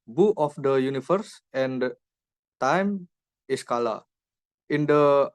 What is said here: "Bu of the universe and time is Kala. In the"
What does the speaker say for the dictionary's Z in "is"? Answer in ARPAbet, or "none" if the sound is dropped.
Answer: S